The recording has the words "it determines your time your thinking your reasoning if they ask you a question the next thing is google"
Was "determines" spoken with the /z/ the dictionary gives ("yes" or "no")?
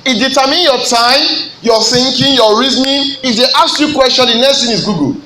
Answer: no